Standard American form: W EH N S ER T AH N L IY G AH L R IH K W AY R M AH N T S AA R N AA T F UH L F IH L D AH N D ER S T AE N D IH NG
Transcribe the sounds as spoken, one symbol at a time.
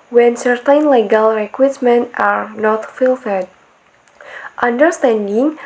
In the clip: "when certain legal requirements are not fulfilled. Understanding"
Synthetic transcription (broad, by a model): W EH N S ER T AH N L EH G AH L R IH K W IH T M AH N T AA R N AA T F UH L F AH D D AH N D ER S T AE N D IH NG